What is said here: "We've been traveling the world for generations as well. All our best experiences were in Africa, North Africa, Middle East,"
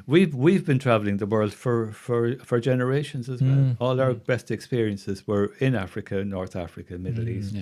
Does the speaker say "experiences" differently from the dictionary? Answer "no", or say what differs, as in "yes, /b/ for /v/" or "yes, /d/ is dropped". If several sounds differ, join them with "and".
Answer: no